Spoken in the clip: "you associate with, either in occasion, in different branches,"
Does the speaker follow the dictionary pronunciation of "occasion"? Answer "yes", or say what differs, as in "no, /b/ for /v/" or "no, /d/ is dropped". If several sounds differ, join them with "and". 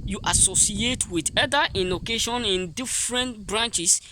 no, /ʃ/ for /ʒ/